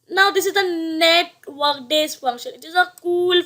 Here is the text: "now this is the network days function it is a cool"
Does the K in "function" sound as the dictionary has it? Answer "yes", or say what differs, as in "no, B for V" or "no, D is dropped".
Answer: no, K is dropped